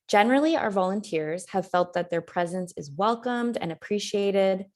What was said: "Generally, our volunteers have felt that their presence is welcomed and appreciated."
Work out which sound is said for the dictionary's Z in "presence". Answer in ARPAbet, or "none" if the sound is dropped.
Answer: Z